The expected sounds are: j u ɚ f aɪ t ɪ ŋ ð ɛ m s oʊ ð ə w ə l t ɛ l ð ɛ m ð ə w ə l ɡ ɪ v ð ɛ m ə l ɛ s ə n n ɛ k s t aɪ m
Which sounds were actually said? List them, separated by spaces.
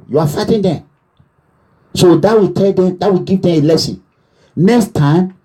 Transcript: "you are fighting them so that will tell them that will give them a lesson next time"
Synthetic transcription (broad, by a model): j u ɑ f aɪ t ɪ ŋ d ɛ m s oʊ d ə w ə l t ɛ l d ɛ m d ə w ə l ɡ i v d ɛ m ə l ɛ s ə n n ɛ k s t aɪ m